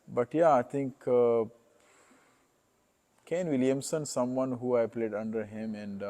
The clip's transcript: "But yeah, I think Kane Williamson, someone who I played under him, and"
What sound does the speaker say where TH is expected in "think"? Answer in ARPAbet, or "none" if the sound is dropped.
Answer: T